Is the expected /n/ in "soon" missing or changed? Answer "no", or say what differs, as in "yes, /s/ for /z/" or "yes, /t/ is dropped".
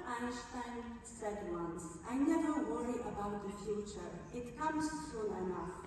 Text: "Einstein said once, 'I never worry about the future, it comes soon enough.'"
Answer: yes, /l/ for /n/